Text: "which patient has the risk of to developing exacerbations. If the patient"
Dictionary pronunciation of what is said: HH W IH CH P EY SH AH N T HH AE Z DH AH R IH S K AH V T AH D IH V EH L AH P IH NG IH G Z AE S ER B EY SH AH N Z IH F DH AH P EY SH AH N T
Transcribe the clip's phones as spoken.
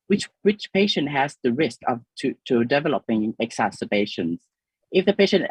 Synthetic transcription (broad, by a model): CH W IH CH P EY SH AH N T HH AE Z DH AH R IH S K AH V T AH D IH V EH L AH P IH NG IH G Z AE S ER B EY SH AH N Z IH F DH AH P EY SH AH N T